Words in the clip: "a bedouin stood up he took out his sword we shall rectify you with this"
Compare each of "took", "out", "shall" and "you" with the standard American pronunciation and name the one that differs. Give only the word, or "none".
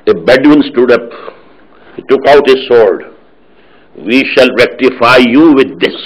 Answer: none